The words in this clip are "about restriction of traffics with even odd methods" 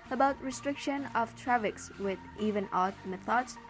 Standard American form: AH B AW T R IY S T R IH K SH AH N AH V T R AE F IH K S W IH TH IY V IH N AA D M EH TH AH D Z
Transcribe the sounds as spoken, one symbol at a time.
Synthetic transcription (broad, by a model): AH B AW T R IY S T R IH K SH AH N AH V T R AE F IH K S W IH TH IY V IH N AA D M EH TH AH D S